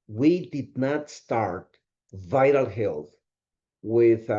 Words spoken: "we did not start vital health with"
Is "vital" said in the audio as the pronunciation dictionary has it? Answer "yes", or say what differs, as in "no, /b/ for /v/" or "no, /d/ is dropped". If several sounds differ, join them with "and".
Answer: yes